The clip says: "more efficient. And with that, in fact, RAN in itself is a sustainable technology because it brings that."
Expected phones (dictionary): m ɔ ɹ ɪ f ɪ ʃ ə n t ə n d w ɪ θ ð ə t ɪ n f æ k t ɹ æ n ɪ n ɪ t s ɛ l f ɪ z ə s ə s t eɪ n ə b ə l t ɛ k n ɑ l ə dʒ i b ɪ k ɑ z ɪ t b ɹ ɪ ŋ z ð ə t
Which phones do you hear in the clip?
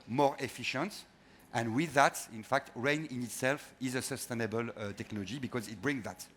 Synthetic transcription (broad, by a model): m ɔ ɹ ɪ f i ʃ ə n t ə n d w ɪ ð ə t ɪ n f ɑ k t ɹ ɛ n ɪ n ɪ t s ɛ l f ɪ z ə s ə s t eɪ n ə b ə l t ɛ k n ɑ l ə dʒ i b ɪ k ɑ z ɪ t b ɹ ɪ ŋ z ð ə t